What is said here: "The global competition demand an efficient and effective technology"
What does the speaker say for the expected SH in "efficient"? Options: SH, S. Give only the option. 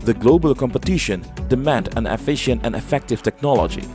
SH